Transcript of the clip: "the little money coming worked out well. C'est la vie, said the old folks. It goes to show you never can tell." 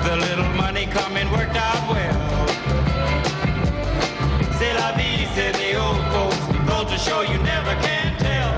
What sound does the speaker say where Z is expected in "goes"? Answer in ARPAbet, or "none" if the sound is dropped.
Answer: none